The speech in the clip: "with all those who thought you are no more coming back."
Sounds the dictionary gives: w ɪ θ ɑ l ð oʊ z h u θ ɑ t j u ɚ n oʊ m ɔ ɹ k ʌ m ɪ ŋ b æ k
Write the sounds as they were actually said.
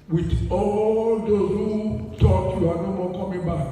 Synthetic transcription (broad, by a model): w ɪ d ɑ l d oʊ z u t ɑ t j u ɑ n oʊ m ɔ k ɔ m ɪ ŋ b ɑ k